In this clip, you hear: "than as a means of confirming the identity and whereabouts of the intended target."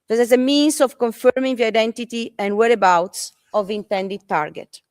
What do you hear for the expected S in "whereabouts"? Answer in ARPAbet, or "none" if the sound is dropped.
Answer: S